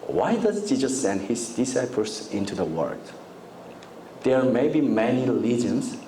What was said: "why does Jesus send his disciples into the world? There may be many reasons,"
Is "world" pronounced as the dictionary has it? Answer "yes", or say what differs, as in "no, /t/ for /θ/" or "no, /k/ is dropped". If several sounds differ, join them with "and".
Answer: no, /l/ is dropped